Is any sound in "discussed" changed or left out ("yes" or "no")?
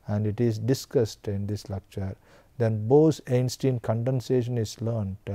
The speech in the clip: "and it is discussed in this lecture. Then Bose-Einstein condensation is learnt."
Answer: no